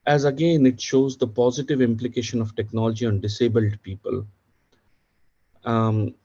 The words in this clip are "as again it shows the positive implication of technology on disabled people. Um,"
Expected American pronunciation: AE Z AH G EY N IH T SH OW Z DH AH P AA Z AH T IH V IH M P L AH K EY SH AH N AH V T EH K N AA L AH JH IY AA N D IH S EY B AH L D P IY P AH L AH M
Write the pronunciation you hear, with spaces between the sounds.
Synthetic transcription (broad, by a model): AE Z AH G EY N IH T SH OW Z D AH P AA Z AH T IH V IH M P L AH K EY SH AH N AH V T EH K N AA L AH JH IY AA N D IH S EY B AH L D P IY P AH L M